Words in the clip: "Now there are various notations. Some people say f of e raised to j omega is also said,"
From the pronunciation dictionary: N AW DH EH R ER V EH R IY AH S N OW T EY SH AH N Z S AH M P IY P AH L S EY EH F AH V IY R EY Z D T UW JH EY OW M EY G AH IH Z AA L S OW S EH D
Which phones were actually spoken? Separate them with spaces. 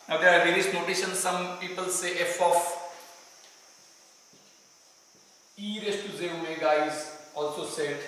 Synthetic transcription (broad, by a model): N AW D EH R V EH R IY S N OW T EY SH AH N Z S AH M P IY P AH L S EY EH F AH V IY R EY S T UW Z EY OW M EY G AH IH Z AA L S OW S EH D